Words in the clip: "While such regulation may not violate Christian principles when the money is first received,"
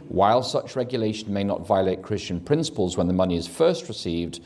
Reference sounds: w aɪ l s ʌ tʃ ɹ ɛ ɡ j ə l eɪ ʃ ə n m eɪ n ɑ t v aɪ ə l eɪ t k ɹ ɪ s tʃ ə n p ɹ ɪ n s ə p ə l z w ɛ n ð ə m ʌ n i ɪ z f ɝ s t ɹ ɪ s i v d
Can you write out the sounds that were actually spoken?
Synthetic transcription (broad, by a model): w aɪ l s ʌ tʃ ɹ ɛ ɡ j ə l eɪ ʃ ə n m eɪ n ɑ t v aɪ ə l eɪ t k ɹ ɪ s tʃ ə n p ɹ ɪ n s ə p ə l z w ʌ n ð ə m ʌ n i ɪ z f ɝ s t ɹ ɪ s i v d